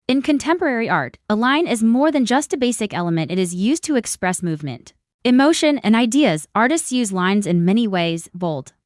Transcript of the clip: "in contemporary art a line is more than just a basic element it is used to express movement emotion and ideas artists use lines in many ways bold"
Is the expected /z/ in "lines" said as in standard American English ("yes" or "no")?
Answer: yes